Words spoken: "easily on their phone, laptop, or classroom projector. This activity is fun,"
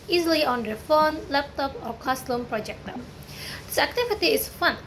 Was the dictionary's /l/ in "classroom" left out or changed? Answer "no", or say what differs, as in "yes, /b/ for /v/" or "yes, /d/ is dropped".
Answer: yes, /l/ is dropped